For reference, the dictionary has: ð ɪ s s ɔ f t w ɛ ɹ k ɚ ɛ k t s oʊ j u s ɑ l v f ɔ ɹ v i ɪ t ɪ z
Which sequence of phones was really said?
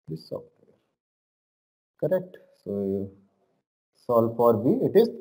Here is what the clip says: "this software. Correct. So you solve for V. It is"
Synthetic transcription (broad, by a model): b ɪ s s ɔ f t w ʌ ɹ k ɚ ɛ k t s oʊ s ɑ l f ɔ ɹ b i ɪ t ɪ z